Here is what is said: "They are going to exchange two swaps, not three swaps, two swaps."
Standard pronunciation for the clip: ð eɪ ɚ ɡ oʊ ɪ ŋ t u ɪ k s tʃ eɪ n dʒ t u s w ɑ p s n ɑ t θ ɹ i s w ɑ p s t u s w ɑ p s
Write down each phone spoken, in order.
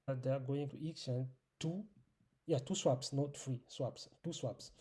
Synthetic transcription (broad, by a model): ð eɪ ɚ ɡ oʊ ɪ ŋ t u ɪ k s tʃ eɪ n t t u s w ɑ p s n ɑ t f ɹ i s w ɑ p s t u s w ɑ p s